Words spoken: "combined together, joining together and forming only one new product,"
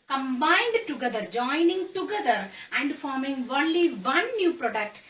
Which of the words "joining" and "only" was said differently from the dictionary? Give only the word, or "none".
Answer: none